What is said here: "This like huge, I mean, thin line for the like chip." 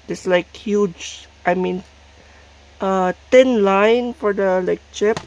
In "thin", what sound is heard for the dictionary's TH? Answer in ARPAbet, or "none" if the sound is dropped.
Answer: T